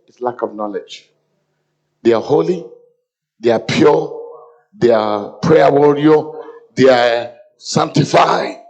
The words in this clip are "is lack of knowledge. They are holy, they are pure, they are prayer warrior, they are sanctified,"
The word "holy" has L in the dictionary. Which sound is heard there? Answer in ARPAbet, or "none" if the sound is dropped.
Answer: L